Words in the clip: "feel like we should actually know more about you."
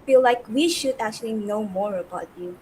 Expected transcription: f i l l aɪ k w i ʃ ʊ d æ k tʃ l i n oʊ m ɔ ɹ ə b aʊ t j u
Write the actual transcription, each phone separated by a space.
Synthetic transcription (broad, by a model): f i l l aɪ k w i ʃ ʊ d æ k tʃ l i n oʊ m ɔ ɹ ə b aʊ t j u